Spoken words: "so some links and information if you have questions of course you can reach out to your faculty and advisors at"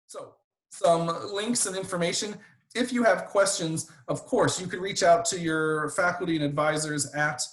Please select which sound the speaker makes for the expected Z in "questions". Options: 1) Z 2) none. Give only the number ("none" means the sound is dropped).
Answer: 1